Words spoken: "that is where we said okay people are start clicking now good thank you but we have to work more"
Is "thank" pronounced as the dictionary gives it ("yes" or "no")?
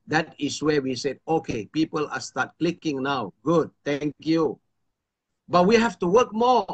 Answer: no